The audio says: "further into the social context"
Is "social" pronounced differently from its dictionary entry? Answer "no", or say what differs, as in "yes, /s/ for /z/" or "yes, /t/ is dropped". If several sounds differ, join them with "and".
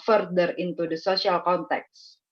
yes, /s/ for /ʃ/